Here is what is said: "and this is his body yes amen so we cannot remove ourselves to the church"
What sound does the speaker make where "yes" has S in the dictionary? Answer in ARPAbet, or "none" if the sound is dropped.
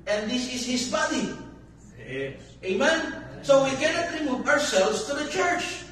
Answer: none